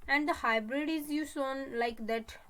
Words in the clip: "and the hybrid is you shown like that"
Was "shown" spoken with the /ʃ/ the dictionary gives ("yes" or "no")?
no